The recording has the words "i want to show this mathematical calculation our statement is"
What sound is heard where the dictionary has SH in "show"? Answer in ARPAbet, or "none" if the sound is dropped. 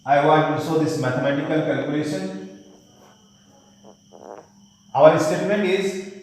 S